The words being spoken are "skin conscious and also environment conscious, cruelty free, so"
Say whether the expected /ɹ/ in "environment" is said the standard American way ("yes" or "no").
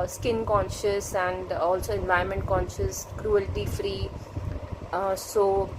no